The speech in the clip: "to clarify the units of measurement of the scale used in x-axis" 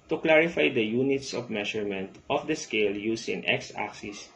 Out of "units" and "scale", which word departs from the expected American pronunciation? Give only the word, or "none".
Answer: none